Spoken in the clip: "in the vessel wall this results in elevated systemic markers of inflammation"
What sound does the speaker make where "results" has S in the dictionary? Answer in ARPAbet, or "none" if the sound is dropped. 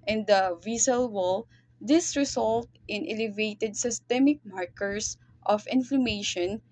none